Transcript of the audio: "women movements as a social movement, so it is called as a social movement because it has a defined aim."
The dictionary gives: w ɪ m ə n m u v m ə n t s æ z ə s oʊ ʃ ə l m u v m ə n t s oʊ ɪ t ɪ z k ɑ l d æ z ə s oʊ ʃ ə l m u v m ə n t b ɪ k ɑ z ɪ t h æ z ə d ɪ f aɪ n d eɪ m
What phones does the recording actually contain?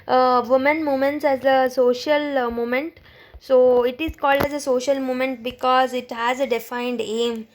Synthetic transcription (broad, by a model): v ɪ m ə n m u m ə n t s æ z ə s oʊ ʃ ə l m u m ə n t s oʊ ɪ t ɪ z k ɑ l d æ z ə s oʊ ʃ ə l m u m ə n t b ɪ k ɑ z ɪ t h æ z ə d ɪ f aɪ n d eɪ m